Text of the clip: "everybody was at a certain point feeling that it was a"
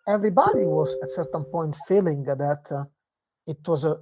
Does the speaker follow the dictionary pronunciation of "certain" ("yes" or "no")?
yes